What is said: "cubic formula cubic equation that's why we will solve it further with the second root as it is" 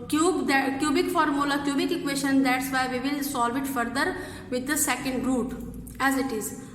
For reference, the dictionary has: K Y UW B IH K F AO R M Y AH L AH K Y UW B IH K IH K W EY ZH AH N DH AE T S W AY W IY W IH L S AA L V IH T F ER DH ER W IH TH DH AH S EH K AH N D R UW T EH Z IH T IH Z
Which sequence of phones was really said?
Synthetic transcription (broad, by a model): K Y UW B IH K F AO R M Y AH L AH K Y UW B IH K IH K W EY SH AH N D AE T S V AY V IY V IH L S AA L V IH T F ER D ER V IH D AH S EH K AH N D R UW T EH Z IH T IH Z